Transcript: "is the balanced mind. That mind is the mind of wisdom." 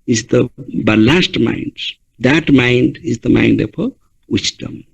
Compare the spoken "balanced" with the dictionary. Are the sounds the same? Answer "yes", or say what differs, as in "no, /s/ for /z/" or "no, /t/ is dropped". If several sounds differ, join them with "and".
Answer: no, /n/ is dropped